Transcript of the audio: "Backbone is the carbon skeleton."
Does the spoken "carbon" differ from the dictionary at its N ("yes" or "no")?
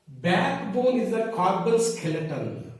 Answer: yes